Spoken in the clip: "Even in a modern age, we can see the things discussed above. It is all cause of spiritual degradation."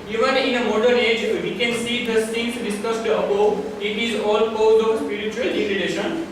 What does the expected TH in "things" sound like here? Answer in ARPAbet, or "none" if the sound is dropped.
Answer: S